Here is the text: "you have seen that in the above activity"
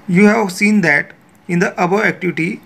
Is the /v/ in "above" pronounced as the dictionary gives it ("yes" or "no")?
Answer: no